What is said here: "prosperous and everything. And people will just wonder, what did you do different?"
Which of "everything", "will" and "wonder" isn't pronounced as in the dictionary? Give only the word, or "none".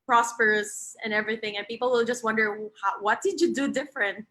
none